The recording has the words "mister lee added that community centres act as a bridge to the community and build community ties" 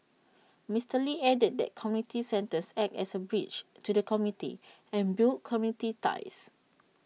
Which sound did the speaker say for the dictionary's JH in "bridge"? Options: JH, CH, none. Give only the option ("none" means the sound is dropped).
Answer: CH